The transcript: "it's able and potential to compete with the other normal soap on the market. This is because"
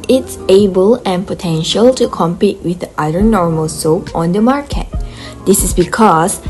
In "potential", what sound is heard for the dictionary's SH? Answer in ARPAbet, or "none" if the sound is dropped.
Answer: SH